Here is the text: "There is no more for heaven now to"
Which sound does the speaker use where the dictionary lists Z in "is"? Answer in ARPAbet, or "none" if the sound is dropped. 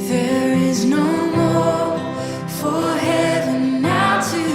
Z